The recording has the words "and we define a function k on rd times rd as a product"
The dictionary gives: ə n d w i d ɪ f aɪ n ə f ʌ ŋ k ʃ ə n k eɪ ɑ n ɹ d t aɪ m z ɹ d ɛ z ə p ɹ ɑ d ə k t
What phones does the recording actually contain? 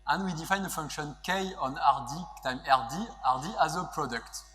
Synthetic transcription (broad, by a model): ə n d w i d ɪ f aɪ n ə f ʌ ŋ k ʃ ə n k eɪ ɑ n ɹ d t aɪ m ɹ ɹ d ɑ z ə p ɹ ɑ d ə k t